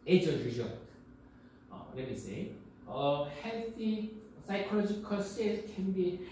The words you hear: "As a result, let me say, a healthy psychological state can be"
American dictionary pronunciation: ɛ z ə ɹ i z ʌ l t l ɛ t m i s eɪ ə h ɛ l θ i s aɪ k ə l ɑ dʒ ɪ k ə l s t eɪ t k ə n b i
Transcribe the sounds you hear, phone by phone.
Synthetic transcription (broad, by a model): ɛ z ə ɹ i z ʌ t l ɛ t m i s eɪ ə h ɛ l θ i s aɪ k ə l ɑ dʒ ɪ k ə l s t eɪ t k ə n b i